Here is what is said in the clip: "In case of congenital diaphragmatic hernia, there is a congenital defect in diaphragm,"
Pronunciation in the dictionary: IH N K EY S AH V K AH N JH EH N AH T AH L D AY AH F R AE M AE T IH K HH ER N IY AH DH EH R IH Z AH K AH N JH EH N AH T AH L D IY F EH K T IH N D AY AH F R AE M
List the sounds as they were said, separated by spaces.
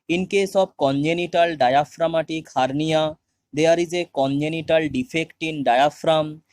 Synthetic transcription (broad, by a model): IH N K EY S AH B K AH N JH EH N AH T AH L D AY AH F R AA M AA T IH K HH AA N IY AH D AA R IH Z AH K AH N JH EH N AH T AH L D IY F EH K T IH N D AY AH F R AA M